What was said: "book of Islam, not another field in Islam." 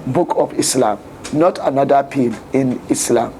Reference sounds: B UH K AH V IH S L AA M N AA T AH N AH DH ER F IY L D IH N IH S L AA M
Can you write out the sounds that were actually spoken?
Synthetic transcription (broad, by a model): B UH K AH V IH S L AA M N AA T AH N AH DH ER P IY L IH N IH S L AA M